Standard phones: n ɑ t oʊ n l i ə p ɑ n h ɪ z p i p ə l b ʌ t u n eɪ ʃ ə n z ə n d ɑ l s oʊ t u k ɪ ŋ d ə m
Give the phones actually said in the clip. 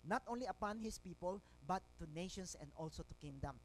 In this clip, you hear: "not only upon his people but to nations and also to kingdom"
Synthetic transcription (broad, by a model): n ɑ t oʊ n l i ə p ɑ n h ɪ s p i p ə l b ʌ t u n eɪ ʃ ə n s ə n d ɑ l s oʊ t u k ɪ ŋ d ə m